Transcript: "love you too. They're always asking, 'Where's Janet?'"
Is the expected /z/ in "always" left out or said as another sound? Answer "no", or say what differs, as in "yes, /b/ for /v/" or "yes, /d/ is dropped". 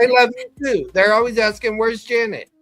no